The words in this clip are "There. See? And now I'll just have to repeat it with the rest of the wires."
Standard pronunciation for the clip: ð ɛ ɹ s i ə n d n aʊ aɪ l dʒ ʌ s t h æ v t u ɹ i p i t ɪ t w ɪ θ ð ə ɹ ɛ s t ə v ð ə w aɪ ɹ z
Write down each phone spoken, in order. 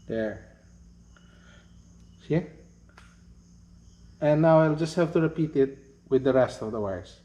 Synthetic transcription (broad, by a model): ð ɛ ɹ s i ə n n aʊ aɪ l dʒ ʌ s t h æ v t u ɹ i p i t ɪ t w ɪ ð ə ɹ ɛ s t ə v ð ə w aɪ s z